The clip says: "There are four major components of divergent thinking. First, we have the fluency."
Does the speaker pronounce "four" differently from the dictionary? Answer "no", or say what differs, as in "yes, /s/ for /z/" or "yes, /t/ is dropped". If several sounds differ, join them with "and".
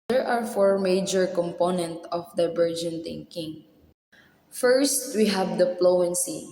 no